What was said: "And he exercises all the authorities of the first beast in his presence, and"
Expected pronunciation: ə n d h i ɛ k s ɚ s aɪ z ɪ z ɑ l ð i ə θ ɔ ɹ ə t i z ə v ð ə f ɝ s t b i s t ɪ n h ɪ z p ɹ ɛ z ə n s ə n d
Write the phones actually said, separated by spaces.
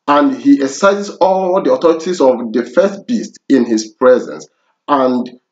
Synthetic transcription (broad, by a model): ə n d h i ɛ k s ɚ s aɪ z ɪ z ɑ l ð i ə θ ɔ ɹ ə t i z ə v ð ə f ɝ s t b i s t ɪ n h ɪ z p ɹ ɛ z ə n s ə n d